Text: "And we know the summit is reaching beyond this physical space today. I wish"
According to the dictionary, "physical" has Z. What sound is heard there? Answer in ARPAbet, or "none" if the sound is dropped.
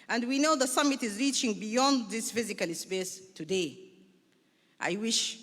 Z